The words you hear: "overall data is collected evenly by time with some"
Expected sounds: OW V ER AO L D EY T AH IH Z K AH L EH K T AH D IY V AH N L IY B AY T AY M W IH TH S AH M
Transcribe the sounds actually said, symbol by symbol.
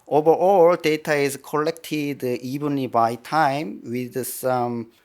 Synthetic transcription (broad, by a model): OW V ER AO L D EY T AH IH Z K AH L EH K T AH D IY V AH N IY B AY T AY M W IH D S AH M